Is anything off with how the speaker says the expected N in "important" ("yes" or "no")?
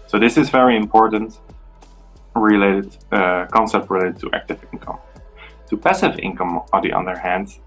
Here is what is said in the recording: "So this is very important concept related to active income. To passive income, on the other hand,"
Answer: yes